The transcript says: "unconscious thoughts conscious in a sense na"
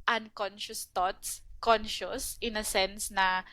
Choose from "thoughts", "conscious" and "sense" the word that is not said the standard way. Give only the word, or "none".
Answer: thoughts